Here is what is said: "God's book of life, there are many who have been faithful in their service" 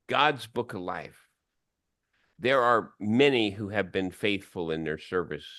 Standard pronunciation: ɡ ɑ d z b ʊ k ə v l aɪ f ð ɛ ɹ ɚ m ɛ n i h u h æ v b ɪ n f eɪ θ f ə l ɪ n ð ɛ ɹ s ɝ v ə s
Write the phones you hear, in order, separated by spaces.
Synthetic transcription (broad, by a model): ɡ ɑ d z b ʊ k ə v l aɪ f ð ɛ ɹ ɚ m ɛ n i h u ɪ v b ɪ n f eɪ θ f ə l ɪ n ð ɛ ɹ s ɝ v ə s